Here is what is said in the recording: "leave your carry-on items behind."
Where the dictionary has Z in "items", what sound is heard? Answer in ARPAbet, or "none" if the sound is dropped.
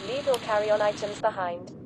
Z